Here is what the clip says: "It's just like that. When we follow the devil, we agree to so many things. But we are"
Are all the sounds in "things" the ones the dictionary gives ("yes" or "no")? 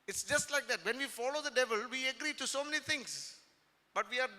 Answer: no